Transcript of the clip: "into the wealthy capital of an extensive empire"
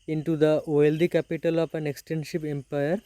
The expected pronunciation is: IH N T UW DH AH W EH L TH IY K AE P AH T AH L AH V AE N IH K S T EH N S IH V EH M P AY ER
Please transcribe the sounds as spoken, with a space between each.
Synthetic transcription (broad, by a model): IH N T UW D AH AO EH L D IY K AE P AH T AH L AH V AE N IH K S T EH N SH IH P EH M P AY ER